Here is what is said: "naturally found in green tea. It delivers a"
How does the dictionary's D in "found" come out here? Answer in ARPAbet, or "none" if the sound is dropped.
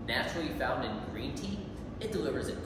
D